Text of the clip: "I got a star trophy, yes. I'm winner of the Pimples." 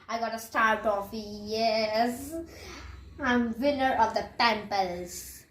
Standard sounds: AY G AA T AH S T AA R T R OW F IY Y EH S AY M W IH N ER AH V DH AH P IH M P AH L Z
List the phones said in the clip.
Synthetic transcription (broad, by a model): AY G AA T AH S T AA R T OW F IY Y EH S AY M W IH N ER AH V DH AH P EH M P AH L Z